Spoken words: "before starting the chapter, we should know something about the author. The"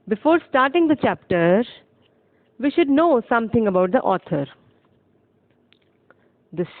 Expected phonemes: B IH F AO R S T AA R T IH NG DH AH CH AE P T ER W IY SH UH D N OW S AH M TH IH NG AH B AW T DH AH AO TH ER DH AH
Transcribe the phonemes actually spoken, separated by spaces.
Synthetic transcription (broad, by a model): B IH F AO R S T AA R T IH NG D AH CH AE P T ER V IY SH UH D N OW S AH M T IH NG AH B AW T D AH AO T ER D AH